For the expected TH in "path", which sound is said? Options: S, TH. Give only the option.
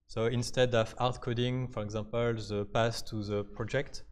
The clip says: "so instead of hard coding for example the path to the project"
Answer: S